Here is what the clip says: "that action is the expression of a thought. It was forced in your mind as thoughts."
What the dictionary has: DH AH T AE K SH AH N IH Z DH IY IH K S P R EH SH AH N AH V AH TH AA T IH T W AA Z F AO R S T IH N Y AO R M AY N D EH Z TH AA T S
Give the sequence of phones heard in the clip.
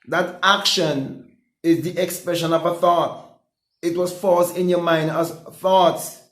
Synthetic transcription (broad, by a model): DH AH T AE K SH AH N IH Z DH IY IH K S P R EH SH AH N AH V AH TH AA T IH T W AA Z F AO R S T IH N Y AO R M AY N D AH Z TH AA T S